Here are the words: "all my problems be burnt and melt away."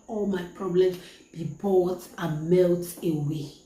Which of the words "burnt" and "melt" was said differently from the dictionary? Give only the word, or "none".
burnt